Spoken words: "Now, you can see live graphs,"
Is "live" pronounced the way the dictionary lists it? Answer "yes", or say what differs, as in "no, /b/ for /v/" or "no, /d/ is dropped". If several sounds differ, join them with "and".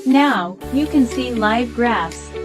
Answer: yes